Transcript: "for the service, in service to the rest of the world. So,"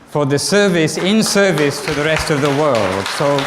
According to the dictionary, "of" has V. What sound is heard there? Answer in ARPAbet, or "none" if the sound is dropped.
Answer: V